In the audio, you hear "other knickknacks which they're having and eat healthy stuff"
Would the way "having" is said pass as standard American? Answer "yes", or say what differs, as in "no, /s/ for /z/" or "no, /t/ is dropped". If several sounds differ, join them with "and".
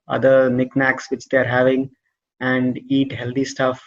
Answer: yes